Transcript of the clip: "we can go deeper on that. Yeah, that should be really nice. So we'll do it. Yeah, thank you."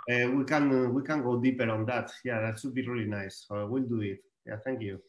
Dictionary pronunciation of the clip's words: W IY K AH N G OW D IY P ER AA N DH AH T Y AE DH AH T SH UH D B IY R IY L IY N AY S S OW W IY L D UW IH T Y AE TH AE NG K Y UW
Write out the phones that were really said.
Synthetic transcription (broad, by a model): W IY K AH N G OW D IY P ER AA N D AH T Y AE DH AH T S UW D B IY R IY L IY N AY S S OW W IY L D UW IH T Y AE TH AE NG K Y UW